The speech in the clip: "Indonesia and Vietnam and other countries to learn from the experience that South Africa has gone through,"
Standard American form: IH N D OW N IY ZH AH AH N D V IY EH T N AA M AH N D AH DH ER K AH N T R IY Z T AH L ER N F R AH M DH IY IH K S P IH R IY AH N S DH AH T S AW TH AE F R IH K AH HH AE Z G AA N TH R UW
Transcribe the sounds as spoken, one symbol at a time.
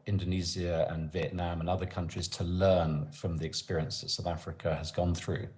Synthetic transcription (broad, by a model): IH N D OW N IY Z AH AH N V IY EH T N AA M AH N AH DH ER K AH N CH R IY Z T AH L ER N F R AH M DH IY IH K S P IH R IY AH N S DH AH T S AW TH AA F R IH K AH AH Z G AA N TH R UW